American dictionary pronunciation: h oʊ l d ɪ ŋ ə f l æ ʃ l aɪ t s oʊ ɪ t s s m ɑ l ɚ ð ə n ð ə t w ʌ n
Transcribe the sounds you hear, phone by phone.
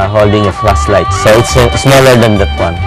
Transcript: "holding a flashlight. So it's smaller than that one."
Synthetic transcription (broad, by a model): h oʊ l d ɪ ŋ ə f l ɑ s l aɪ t s oʊ ɪ t s s m ɑ l ɚ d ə n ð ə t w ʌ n